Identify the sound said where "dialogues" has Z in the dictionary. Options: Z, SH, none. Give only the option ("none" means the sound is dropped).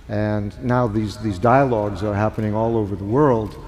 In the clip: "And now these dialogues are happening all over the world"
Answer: Z